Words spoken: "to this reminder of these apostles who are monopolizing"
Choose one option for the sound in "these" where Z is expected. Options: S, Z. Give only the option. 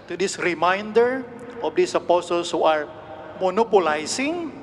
S